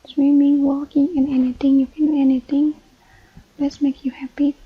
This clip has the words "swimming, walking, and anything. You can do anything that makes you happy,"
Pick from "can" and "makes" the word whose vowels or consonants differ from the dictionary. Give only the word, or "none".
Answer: makes